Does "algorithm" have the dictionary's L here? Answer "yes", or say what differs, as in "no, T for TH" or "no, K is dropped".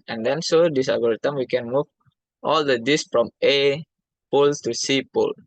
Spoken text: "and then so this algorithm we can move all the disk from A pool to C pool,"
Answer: no, L is dropped